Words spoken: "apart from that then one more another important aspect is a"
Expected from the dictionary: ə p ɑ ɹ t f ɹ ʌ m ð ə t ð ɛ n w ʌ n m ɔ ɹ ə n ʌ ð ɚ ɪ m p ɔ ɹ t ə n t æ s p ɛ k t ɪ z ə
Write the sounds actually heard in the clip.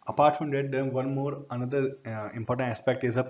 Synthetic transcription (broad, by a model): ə p ɑ ɹ t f ɹ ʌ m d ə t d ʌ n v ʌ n m ɔ ɹ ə n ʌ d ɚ ɪ m p ɔ ɹ t ə n t æ s p ɛ k t ɪ z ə